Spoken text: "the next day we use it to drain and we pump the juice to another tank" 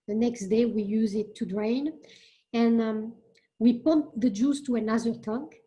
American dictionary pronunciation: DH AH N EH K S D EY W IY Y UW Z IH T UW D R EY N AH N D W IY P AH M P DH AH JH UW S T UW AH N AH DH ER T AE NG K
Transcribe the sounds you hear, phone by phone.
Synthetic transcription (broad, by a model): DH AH N EH K S D EY W IY Y UW Z IH T UW D R EY N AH N W IY P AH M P DH AH JH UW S T UW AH N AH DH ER T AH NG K